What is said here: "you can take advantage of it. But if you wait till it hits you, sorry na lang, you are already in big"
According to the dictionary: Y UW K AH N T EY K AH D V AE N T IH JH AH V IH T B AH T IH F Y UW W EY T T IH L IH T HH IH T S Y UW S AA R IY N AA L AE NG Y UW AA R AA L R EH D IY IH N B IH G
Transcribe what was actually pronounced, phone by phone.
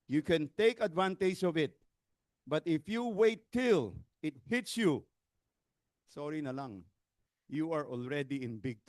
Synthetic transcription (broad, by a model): Y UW K AH N T EY K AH D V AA N T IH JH AH V IH T B AH T IH F Y UW W EY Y T IH L IH T HH IH T S Y UW S AA R IY N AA L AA NG Y UW AA R AA L R EH D IY IH N B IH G